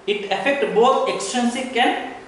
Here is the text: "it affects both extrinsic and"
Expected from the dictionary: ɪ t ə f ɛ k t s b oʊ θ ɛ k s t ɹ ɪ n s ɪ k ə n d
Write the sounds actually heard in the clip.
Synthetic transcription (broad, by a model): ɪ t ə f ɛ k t b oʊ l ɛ k s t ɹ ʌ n s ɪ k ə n